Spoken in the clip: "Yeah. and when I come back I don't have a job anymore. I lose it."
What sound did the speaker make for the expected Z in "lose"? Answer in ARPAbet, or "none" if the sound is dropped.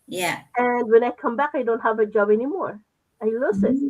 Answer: S